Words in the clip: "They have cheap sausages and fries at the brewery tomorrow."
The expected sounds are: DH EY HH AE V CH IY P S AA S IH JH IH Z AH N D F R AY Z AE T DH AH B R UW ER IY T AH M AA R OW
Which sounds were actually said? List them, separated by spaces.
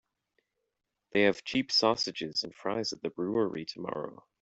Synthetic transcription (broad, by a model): DH EY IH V CH IY P S AA S IH JH IH Z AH N F R AY Z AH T DH AH B R UW ER IY T AH M AA R OW